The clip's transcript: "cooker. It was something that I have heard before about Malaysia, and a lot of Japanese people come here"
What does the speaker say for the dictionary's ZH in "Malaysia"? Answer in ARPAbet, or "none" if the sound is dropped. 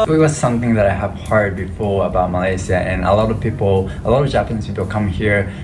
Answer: S